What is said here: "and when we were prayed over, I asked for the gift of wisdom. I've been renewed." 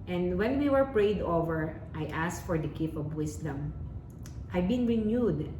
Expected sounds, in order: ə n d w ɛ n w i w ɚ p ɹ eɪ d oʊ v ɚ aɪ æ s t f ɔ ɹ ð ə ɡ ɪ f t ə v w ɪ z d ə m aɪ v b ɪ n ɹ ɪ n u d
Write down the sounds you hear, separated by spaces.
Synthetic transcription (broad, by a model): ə n d w ɛ n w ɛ w ɚ p ɹ eɪ d oʊ v ɚ aɪ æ s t f ɔ ɹ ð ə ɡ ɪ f ə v w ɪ s d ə m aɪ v b ɪ n ɹ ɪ n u d